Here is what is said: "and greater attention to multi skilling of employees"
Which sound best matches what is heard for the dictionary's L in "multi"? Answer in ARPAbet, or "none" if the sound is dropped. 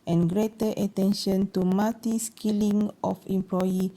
none